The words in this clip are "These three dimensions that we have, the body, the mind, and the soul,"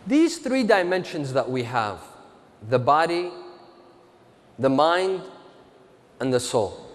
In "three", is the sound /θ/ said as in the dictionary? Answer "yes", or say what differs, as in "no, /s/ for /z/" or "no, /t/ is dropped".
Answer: yes